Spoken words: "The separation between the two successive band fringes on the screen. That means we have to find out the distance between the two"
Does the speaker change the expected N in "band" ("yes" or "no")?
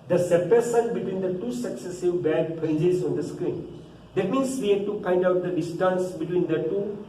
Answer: yes